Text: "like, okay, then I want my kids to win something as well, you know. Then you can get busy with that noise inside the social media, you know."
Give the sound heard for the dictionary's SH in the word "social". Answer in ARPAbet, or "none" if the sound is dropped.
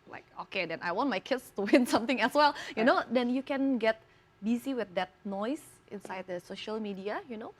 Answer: SH